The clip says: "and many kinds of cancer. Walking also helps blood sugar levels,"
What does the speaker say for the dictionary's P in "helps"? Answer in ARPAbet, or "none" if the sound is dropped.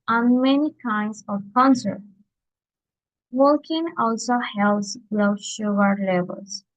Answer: none